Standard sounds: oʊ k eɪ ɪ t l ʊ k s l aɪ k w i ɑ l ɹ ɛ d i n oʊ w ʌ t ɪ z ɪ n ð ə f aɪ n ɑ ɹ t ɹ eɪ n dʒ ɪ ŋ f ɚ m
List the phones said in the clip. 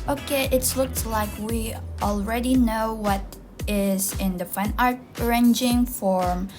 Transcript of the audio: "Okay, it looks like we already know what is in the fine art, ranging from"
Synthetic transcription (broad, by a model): oʊ k eɪ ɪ t l ʊ k s l aɪ k w i ɑ l ɹ ɛ d i n oʊ w ʌ t ɪ z ɪ n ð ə f aɪ n ɑ ɹ t ɹ eɪ n dʒ ɪ ŋ f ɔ m